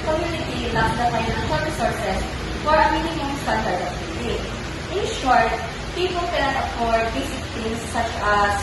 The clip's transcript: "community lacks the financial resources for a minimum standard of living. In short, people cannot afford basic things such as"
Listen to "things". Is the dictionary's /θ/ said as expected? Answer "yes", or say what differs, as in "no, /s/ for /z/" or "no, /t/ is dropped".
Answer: no, /t/ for /θ/